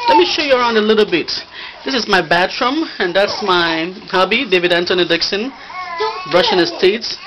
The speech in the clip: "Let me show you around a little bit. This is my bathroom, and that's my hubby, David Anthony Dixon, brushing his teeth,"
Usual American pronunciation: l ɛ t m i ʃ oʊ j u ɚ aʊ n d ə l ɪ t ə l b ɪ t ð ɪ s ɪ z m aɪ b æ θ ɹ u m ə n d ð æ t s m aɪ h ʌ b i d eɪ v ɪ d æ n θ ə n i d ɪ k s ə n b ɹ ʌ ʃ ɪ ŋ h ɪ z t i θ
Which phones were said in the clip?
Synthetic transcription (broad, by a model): l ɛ t m i ʃ oʊ j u ɚ aʊ n d ə l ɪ t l b ɪ t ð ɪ s ɪ z m aɪ b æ t ɹ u m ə n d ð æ t s m aɪ h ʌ b i d eɪ v ɪ d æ n t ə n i d ɪ k s ə n ɹ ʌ ʃ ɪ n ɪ s t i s